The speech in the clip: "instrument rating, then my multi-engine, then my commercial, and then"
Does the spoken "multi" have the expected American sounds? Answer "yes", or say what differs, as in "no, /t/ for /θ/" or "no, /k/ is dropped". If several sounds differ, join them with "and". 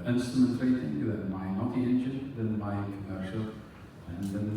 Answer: no, /l/ is dropped